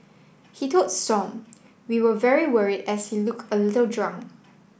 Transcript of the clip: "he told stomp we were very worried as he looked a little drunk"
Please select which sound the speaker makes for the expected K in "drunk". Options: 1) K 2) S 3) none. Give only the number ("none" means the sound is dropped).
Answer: 3